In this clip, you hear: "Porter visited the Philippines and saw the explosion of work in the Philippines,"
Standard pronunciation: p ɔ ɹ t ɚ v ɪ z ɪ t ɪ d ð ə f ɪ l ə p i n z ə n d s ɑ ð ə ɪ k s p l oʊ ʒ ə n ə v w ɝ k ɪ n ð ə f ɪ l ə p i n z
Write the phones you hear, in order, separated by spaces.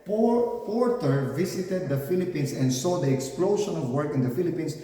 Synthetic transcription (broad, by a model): p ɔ ɹ t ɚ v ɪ s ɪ t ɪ d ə f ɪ l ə p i n s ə n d s ɑ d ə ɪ k s p l oʊ ʃ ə n ə v w ɝ k ɪ n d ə f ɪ l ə p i n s